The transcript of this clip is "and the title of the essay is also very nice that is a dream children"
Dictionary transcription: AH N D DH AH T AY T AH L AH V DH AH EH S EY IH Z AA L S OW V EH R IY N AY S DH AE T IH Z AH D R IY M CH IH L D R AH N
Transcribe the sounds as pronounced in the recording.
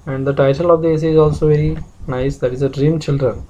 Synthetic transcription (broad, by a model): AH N D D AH T AY T AH L AH V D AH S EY IH Z AA L S OW V EH R IY N AY S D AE T IH Z AH D R IY M CH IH L D R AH N